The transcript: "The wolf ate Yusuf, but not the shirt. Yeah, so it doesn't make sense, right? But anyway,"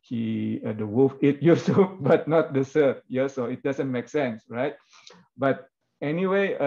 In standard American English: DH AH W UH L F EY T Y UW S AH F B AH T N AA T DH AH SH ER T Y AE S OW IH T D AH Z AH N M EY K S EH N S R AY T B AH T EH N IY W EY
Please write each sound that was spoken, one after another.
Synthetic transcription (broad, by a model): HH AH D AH W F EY T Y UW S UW B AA T N AA T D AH S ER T Y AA S OW IH T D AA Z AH N M EY K S EH N S R AY T B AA T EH N IY W EY